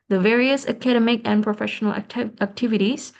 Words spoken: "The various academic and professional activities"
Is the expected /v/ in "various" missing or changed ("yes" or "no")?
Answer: no